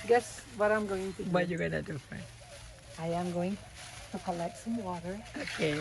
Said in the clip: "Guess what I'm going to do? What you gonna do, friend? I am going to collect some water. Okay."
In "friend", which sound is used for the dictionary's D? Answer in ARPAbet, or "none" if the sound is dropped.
none